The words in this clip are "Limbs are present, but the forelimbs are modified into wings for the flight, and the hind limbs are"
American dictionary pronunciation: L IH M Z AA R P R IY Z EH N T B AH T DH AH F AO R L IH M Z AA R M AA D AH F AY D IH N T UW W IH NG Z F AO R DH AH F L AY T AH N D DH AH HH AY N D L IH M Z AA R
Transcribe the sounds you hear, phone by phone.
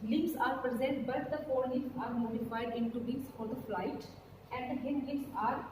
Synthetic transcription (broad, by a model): L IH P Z AA R P R IY Z EH N T B AH T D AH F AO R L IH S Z AA R M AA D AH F AY D IH N T UW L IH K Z F AO R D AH F L AY T AH N D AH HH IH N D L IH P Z AA R